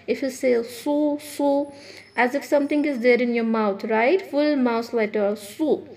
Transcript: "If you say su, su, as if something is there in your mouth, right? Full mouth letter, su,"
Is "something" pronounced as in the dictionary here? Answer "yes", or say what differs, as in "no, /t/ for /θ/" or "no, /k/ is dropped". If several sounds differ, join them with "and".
no, /t/ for /θ/